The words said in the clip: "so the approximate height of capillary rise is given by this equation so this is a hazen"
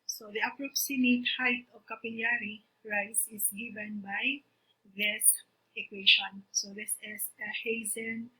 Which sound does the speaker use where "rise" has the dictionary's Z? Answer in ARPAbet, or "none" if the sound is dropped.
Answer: S